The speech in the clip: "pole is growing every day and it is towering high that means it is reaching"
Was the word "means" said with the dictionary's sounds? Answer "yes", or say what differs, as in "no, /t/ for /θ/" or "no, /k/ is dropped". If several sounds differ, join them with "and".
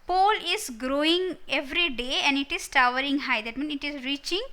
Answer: no, /z/ is dropped